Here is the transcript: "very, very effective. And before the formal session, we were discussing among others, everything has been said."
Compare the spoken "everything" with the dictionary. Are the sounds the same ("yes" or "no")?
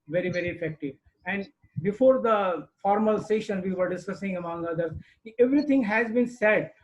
no